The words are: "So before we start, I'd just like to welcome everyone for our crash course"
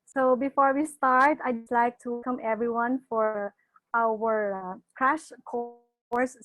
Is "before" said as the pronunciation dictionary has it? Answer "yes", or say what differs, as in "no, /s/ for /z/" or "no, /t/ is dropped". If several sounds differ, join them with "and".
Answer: yes